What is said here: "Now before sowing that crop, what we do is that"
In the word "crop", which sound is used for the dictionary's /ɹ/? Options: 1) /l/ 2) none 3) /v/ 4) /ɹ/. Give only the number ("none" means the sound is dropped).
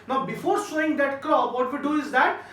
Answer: 2